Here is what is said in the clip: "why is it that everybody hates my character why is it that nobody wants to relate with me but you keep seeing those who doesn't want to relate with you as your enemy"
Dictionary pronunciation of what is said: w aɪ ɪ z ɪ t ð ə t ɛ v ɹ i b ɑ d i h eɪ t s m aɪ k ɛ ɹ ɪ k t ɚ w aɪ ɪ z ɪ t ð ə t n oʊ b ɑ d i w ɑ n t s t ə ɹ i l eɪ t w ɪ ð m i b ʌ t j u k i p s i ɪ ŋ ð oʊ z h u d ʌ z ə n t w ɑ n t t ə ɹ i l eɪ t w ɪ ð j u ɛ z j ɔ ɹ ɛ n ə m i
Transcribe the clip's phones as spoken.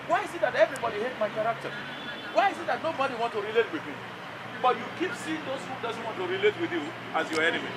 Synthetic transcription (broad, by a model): w aɪ ɪ z ɪ t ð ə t ɛ v ɹ i b ɑ d i h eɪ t m aɪ k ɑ ɹ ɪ k t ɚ w aɪ ɪ z ɪ t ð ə t n oʊ b ɑ d i w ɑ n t t ə ɹ i l eɪ t w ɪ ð m i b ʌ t j u k i p s i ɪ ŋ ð oʊ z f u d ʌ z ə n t w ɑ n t t ə ɹ i l eɪ t w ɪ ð j u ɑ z j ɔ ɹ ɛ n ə m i